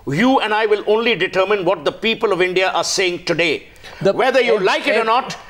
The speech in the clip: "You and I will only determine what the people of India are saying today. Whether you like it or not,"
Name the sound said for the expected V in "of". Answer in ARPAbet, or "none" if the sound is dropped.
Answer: V